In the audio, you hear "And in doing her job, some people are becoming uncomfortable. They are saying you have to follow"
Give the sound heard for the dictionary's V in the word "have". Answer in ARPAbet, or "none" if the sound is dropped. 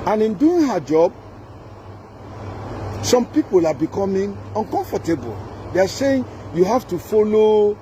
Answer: F